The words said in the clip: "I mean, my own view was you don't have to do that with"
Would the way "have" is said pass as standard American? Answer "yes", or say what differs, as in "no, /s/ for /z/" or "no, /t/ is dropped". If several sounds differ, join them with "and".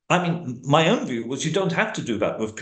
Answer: no, /f/ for /v/